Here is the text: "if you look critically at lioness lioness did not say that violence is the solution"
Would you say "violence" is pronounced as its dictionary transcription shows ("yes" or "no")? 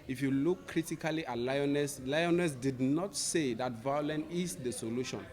no